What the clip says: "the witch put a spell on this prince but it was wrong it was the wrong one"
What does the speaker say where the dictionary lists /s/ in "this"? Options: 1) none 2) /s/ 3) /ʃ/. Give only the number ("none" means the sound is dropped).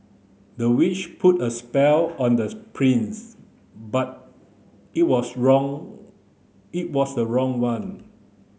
1